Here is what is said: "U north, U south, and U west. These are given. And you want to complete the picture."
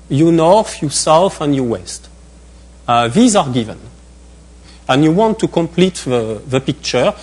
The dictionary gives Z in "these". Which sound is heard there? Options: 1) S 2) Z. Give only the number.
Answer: 2